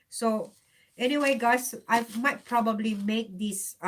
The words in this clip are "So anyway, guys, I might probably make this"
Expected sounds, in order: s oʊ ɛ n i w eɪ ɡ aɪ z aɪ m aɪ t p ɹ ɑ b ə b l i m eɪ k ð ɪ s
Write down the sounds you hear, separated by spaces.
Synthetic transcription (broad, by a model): s oʊ ɛ n i w eɪ ɡ aɪ s aɪ m aɪ t p ɹ ɑ b ə b l i m eɪ k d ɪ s